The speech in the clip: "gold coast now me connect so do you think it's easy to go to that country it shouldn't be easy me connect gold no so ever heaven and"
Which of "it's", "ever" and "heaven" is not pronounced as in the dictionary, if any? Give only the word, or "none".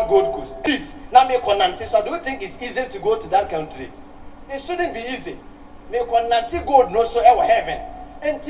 ever